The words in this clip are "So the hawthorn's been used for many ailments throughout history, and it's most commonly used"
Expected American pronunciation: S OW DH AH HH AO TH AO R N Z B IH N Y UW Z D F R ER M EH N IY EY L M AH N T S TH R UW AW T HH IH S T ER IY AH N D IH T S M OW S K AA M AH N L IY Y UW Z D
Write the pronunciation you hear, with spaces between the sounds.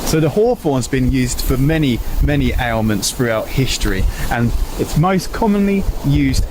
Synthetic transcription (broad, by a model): S OW DH AH HH AO F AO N Z B IH N Y UW Z D F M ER M EH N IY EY L M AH N T S TH R UW AW T HH IH S T ER IY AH N IH T S M OW S K AA M AH N L IY Y UW Z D